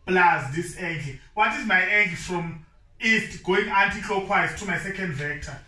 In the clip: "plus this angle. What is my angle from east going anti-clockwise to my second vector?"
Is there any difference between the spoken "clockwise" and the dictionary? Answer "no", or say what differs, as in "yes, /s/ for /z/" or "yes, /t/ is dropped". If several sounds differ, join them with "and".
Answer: yes, /l/ is dropped